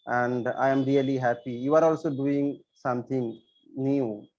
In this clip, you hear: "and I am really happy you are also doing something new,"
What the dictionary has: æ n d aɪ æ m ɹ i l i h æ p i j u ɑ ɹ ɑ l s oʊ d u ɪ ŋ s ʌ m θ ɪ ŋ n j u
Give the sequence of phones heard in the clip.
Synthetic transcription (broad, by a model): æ n d aɪ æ m ɹ i l i h æ p i j u ɑ ɹ ɑ l s oʊ d u ɪ ŋ s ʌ m t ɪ ŋ n j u